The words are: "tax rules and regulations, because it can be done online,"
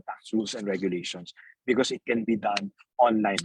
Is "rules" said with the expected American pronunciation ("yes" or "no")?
no